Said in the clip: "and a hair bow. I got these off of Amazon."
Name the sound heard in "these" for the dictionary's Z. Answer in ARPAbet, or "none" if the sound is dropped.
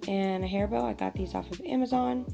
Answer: Z